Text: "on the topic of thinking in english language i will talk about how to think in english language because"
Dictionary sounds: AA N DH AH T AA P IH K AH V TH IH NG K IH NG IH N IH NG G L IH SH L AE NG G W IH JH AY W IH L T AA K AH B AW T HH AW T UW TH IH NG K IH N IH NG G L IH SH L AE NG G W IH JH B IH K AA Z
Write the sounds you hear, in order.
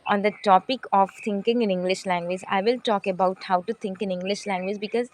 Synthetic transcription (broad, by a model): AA N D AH T AA P IH K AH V T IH NG K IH NG IH N IH NG G L IH SH L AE NG G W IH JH AY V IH L T AA K AH B AW T HH AW T UW T IH NG K IH N IH NG G L IH SH L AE NG G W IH JH B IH K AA Z